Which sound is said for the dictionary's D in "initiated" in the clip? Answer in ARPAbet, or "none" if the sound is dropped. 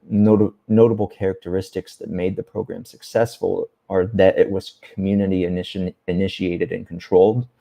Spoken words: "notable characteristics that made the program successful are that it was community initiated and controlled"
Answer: D